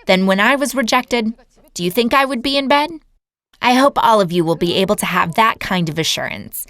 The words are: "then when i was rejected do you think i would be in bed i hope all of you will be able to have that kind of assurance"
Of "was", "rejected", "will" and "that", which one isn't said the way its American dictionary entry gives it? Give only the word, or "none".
none